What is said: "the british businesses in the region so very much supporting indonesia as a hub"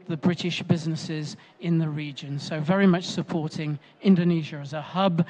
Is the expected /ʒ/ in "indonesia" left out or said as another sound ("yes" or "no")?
no